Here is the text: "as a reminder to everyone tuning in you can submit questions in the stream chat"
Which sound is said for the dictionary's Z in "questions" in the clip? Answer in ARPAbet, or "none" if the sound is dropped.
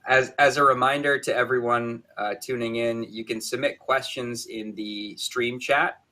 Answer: Z